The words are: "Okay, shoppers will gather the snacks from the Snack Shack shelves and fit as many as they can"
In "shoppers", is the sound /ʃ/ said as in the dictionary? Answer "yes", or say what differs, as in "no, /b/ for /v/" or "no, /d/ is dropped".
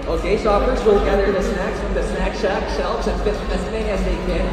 no, /s/ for /ʃ/